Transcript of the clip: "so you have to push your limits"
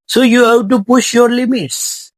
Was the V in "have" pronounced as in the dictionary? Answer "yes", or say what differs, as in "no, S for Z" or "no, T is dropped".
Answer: no, B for V